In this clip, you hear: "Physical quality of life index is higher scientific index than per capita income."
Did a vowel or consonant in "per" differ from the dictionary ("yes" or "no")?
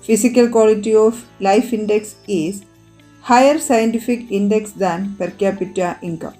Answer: no